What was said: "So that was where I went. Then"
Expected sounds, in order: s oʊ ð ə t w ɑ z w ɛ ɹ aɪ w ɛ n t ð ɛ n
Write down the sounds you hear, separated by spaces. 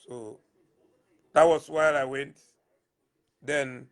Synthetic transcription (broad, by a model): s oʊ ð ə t w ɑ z w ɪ l aɪ w ɛ n t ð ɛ n